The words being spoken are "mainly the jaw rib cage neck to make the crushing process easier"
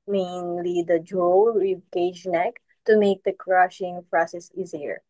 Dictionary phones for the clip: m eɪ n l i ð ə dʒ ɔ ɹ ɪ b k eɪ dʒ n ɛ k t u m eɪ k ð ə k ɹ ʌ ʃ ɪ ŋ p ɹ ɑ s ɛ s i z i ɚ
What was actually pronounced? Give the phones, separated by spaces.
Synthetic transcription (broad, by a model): m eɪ n l i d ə dʒ ɔ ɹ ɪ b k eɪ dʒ n ɛ k t u m eɪ k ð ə k ɹ ʌ ʃ ɪ ŋ p ɹ ɑ s ɛ s i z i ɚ